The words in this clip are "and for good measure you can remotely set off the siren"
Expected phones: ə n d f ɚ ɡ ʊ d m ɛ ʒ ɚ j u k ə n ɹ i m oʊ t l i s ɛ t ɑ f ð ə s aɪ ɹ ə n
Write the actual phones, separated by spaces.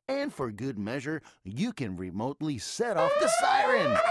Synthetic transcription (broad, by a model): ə n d f ɚ ɡ ʊ d m ɛ ʒ ɚ j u k ə n ɹ i m oʊ t l i s ɛ t ɑ f ð ə s aɪ ɹ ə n